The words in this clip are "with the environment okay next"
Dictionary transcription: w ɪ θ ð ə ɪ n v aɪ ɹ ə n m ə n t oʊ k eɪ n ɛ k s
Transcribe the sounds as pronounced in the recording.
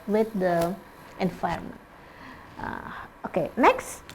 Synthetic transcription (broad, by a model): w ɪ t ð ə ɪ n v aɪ ə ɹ m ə n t oʊ k eɪ n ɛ k s